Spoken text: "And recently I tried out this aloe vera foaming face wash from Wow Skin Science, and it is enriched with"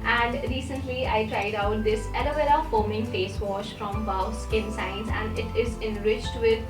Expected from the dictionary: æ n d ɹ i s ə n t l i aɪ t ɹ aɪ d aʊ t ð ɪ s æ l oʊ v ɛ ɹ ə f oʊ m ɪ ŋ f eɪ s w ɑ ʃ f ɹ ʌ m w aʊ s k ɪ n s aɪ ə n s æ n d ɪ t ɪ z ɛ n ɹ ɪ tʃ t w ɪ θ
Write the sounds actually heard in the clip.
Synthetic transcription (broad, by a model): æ n d ɹ i s ə n t l i aɪ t ɹ aɪ d aʊ t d ɪ s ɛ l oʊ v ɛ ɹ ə f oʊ m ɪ ŋ f eɪ s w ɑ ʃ f ɹ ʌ m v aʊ s k ɪ n s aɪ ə n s æ n d ɪ t ɪ z ɛ n ɹ ɪ tʃ t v ɪ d